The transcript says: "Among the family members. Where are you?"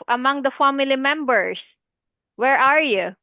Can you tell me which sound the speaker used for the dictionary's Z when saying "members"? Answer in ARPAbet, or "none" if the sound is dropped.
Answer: S